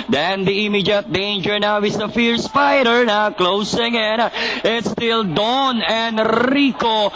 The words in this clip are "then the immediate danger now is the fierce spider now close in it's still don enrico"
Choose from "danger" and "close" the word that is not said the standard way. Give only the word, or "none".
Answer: none